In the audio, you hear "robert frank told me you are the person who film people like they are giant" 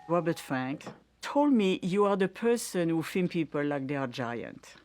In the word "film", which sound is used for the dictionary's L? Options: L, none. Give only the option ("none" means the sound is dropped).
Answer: none